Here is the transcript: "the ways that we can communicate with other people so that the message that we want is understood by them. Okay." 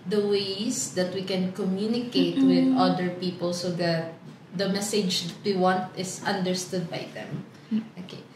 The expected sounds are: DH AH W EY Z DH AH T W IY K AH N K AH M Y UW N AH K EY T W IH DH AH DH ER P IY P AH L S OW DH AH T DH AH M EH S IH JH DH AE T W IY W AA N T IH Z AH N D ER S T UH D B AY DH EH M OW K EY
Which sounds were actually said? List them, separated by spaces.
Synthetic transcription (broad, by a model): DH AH W EY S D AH T W IY K AH N K AH M Y UW N AH K EY T W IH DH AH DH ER P IY P AH L S OW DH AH T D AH M EH S IH JH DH T W IY W AA N T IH S AH N D ER S T UH D B AY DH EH M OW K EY